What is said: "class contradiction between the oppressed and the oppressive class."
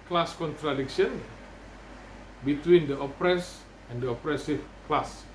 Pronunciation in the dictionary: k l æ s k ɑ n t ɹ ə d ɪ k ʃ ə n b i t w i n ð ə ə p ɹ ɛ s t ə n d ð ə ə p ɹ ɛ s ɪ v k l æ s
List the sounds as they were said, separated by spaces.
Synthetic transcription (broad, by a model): k l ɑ s k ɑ n t ɹ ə d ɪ k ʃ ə n b i t w i n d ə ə p ɹ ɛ s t ə n d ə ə p ɹ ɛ s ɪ f k l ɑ s